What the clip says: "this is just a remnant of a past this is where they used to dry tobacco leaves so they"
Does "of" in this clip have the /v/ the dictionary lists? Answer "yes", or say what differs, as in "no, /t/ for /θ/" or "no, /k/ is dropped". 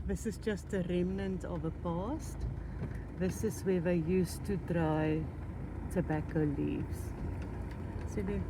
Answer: yes